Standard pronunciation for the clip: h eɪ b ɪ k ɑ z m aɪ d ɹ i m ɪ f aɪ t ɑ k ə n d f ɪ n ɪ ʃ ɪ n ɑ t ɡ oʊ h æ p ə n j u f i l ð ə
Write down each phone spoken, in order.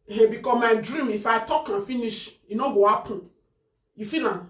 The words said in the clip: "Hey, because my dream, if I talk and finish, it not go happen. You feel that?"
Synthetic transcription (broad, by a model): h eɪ b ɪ k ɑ m aɪ d ɹ i m ɪ f aɪ t ɑ k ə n f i n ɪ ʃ ɪ n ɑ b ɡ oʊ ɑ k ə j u f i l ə